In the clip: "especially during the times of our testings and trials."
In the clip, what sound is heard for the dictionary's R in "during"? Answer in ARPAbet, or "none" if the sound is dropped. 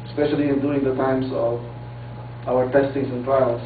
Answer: none